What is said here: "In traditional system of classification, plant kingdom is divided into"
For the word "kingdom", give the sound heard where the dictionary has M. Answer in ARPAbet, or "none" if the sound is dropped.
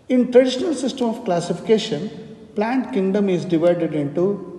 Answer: M